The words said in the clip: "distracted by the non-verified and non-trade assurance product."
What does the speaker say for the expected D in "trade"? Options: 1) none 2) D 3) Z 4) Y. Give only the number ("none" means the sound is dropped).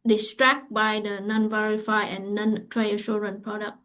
1